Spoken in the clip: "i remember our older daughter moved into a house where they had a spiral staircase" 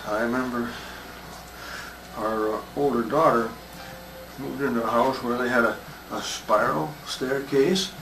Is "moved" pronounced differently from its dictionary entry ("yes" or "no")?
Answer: yes